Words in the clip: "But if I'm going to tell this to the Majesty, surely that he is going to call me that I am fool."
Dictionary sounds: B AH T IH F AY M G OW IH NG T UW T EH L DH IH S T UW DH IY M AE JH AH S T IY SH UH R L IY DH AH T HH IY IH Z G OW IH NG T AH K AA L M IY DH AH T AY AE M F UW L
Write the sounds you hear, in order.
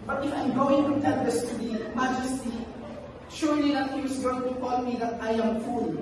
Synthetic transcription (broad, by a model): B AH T IH F AY M G OW IH NG T UW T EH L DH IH S T UW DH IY M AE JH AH S T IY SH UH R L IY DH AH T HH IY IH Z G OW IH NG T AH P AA N M IY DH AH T AY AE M F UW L